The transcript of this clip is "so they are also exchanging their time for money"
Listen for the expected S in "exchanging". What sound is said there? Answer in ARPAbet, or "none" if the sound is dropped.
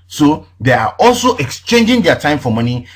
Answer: S